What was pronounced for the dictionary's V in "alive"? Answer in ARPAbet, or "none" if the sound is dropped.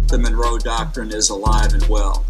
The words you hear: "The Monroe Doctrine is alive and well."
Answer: V